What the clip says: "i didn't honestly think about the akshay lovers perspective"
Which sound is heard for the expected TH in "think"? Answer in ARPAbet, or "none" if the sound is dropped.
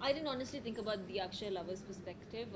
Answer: T